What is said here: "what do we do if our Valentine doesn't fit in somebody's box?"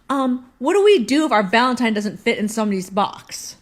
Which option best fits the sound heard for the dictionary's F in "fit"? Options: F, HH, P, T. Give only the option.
F